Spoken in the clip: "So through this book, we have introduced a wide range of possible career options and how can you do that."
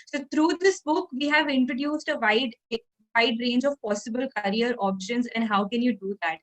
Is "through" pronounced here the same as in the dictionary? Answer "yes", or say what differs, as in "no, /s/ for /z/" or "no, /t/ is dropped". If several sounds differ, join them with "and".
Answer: no, /t/ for /θ/